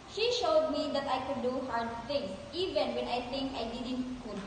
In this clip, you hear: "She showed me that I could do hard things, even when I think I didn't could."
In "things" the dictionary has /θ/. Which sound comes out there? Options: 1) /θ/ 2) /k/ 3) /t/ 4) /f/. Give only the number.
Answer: 3